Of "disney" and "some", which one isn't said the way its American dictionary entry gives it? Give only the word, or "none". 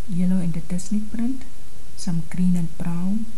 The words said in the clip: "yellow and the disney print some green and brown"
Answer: disney